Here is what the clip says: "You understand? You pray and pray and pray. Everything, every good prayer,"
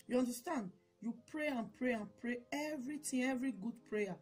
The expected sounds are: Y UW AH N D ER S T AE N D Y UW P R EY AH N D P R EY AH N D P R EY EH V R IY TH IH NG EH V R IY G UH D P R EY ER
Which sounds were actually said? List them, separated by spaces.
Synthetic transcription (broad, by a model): Y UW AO N D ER S T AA N D Y UW P R EY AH N P R EY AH N P R EY EH V R IY T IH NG EH V R IY G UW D P R EY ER